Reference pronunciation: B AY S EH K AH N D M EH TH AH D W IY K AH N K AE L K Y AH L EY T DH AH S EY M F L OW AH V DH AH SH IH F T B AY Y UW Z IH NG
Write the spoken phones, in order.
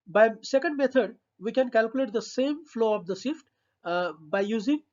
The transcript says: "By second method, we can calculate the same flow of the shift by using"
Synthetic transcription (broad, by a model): B AY S EH K AH N D M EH T AH D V IY K AH N K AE L K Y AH L EY T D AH S EY M F L OW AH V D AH S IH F T B AY Y UW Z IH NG